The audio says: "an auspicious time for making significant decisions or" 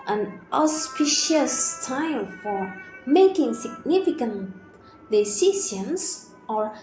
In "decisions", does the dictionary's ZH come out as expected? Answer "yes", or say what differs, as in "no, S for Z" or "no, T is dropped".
no, S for ZH